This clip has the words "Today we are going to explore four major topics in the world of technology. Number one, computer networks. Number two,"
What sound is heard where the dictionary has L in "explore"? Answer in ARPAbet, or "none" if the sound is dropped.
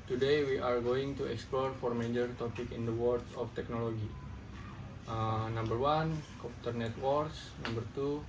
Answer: L